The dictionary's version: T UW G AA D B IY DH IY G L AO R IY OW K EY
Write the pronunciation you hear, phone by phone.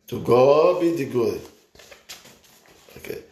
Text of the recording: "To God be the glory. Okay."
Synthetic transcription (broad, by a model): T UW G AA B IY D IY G AO IY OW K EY